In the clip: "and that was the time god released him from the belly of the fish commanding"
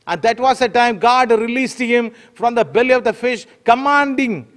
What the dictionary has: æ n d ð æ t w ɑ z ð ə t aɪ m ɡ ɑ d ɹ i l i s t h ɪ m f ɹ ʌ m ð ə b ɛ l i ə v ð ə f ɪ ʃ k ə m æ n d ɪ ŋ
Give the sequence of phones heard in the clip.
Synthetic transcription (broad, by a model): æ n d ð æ t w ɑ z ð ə t aɪ m ɡ ɑ d ɹ i l i s t h ɪ m f ɹ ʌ m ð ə b ɛ l i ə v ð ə f ɪ ʃ k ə m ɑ n d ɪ ŋ